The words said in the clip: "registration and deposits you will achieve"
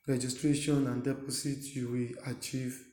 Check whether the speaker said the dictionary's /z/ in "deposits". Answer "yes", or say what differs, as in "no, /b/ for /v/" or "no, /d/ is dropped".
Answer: no, /s/ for /z/